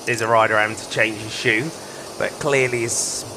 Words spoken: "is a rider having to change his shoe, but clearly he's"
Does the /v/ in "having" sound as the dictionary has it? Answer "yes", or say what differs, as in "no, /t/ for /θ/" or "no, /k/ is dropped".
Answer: no, /v/ is dropped